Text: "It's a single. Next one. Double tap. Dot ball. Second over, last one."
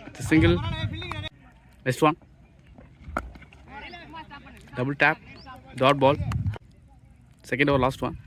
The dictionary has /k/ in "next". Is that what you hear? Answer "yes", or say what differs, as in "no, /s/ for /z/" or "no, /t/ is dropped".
no, /k/ is dropped